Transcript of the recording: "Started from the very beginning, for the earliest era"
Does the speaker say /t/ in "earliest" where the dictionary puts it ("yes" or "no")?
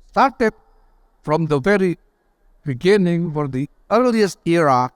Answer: yes